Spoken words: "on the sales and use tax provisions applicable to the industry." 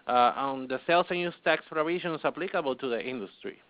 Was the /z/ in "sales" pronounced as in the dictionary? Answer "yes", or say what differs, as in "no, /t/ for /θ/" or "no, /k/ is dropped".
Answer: no, /s/ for /z/